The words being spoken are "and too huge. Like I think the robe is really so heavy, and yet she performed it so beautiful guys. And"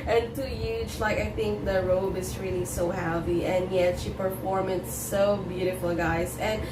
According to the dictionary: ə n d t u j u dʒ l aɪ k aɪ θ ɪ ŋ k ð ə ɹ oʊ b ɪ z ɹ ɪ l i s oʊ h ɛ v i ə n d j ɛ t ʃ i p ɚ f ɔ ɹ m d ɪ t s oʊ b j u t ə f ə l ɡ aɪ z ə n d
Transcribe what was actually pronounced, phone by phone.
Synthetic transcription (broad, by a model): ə n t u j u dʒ l aɪ k aɪ θ ɪ ŋ k ð ə ɹ oʊ b ɪ z ɹ ɪ l i s oʊ h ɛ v i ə n j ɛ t ʃ i p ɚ f ɔ ɹ m ɪ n s oʊ b j u t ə f l ɡ aɪ z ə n